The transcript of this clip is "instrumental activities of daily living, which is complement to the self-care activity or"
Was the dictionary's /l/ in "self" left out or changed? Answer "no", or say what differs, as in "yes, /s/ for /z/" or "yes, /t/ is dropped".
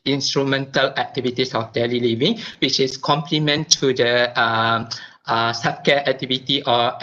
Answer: yes, /l/ is dropped